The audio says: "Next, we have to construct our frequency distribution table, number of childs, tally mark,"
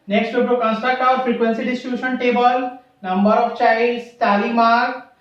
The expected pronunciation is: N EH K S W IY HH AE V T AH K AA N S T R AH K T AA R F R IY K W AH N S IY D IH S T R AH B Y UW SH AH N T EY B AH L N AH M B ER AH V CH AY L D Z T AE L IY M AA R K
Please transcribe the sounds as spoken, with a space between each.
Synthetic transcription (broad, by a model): N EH K S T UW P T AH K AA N S T AH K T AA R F R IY K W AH N S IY D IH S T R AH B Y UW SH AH N T EY B AH L N AH M B ER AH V CH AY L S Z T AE L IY M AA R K